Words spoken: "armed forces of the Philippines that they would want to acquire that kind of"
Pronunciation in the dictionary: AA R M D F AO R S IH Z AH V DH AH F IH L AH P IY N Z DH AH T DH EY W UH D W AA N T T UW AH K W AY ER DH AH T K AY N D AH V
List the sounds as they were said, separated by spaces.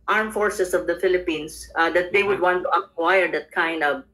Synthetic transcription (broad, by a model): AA R M F AO R S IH S AH V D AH F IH L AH P IY N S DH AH T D EY W UH D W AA N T T UW AH K W AY ER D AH T K AY N D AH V